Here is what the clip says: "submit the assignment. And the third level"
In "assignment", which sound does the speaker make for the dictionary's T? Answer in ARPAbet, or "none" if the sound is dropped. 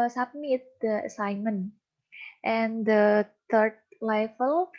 T